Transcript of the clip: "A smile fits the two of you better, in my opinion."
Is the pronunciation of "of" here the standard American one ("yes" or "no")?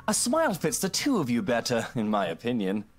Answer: yes